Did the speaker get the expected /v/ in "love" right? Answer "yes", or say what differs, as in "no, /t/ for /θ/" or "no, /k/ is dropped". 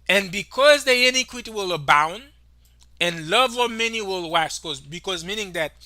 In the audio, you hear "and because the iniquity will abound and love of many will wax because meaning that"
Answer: yes